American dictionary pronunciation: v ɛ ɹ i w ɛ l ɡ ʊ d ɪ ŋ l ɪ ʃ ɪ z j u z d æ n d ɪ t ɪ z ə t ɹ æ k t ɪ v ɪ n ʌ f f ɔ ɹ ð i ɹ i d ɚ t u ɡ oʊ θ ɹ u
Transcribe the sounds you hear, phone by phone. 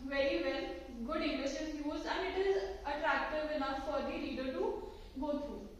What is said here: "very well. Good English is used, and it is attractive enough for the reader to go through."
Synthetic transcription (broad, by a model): v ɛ ɹ i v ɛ l ɡ ʊ d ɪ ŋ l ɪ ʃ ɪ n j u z æ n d ɪ t ɪ z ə t ɹ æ k t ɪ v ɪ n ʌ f f ɔ ɹ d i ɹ i d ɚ t u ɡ oʊ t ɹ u